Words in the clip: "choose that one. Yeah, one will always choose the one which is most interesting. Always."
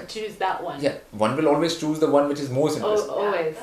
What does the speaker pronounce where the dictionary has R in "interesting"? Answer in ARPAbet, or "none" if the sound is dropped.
none